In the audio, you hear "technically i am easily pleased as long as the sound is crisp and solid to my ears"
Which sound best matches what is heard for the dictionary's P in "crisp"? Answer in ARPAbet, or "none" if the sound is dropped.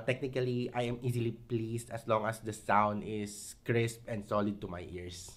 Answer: P